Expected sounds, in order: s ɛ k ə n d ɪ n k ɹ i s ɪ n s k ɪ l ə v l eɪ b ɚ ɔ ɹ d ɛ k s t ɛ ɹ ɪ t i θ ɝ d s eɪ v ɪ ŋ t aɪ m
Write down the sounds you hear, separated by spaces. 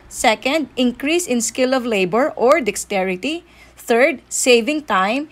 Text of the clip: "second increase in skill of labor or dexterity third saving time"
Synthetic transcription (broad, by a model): s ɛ k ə n d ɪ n k ɹ i s ɪ n s k ɪ l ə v l eɪ b ɚ ɔ ɹ d ɛ k s t ɛ ɹ ɪ t i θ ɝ d s eɪ v ɪ ŋ t aɪ m